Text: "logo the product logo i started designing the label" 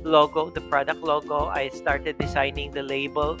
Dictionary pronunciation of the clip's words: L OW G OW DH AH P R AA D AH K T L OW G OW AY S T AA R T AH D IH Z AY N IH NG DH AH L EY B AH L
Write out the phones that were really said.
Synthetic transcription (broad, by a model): L OW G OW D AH P R AA D AH K T L OW G OW AY S T AA R T AH D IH S AY N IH NG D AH L EY B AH L